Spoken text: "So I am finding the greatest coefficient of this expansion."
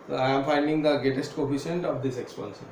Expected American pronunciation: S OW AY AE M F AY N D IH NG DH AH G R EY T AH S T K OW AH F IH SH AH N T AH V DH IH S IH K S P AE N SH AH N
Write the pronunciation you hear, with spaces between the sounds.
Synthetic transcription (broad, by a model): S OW AY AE M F AY N D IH NG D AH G EY T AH S T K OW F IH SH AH N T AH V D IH S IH K S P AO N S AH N